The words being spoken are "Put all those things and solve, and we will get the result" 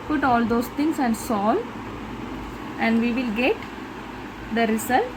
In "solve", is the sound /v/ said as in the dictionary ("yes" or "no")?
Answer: no